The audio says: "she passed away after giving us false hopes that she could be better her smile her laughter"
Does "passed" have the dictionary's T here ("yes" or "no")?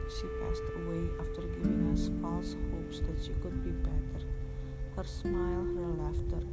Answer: yes